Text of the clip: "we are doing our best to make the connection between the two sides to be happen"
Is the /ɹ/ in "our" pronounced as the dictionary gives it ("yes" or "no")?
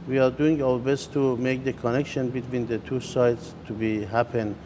no